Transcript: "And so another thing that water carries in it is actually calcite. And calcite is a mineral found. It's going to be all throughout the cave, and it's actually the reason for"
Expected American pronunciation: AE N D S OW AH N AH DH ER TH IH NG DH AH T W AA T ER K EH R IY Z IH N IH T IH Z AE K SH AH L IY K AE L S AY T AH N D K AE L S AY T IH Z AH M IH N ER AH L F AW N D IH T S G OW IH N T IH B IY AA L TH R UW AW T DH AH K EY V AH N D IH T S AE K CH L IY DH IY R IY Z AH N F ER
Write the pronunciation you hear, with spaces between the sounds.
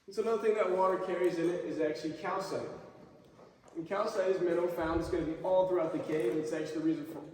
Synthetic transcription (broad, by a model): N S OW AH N AH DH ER TH IH NG DH AH T W AA T ER K EH R IY Z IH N IH T IH Z AE K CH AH L IY K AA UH S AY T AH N K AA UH S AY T IH Z M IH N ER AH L F AW N D IH T S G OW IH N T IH B IY AA L TH R UW AW T DH AH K EY AH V IH T S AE K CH IY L IY R IY Z AH N F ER